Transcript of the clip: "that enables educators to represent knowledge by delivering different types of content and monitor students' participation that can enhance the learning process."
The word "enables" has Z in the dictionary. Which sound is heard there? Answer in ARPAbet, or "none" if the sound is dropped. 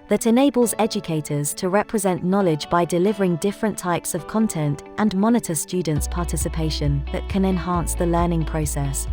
Z